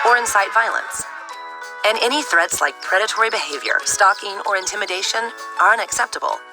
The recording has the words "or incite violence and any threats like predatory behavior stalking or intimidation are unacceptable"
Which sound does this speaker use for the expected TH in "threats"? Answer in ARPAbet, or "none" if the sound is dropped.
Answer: TH